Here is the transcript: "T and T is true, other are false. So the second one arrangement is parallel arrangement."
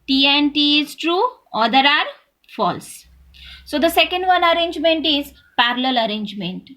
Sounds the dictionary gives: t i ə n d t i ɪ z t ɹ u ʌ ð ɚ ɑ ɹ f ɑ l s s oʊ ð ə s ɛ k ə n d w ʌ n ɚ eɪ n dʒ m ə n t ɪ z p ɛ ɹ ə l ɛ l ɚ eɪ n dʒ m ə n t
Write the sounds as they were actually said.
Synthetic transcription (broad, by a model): t i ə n t i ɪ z t ɹ u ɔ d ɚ ɑ ɹ f ɑ l s s oʊ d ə s ɛ k ə n d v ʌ n ɚ eɪ n dʒ m ə n t ɪ z p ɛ ɹ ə l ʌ l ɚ eɪ n dʒ m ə n t